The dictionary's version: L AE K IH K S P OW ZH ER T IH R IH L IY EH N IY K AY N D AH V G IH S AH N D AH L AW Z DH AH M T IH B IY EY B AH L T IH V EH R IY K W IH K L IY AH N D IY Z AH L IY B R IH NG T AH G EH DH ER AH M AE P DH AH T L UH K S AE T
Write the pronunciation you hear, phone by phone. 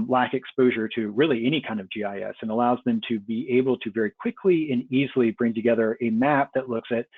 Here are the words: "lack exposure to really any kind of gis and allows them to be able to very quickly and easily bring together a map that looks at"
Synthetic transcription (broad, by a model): L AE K IH K S P OW ZH ER T IH R IH L IY EH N IY K AY N D AH V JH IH S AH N AH L AW Z DH AH M T IH B IY EY B L T IH V EH R IY K W IH K L IY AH N IY Z L IY B R IH NG T AH G EH DH ER AH M AE P DH AH T L UH K S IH T